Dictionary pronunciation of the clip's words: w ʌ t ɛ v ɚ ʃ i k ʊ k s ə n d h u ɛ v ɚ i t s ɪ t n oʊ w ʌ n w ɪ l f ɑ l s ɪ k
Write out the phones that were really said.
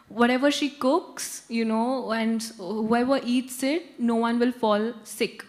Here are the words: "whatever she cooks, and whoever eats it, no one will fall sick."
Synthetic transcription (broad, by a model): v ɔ t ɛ v ɚ ʃ i k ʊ k s ə n d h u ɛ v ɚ i t s ɪ t n oʊ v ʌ n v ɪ l f ɑ l s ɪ k